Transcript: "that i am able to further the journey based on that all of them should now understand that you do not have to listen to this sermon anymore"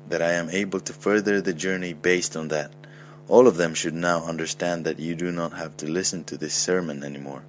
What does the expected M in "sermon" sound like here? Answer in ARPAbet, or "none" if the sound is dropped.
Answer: M